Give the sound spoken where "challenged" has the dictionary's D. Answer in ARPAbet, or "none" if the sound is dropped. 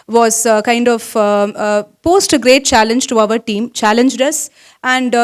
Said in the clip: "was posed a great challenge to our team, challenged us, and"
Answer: D